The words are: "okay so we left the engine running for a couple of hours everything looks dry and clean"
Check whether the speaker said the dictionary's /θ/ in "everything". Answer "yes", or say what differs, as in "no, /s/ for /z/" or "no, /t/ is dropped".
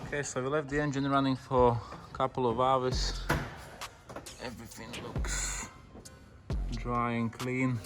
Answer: yes